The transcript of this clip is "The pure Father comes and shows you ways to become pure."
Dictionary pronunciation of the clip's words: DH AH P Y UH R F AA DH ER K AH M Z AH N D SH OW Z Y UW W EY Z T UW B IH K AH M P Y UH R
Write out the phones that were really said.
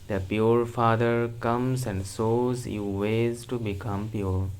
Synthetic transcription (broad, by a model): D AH P Y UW R F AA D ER K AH M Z AH N D S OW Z Y UW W EY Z T UW B IH K AH M P Y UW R